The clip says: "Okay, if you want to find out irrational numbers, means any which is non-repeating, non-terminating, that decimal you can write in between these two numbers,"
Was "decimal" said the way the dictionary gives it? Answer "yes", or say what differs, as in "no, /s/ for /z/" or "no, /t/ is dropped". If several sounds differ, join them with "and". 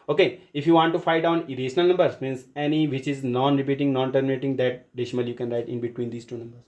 no, /ʃ/ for /s/